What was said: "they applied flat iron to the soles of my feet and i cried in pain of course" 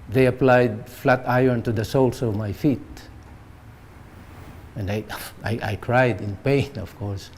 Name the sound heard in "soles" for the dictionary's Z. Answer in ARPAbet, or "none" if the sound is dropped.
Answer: S